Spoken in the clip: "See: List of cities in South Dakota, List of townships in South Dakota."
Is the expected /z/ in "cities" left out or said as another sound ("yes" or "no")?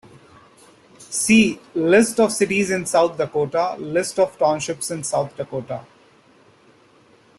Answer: no